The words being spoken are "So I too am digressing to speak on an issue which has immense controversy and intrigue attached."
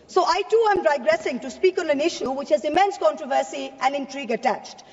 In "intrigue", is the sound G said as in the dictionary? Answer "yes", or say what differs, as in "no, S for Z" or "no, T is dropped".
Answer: yes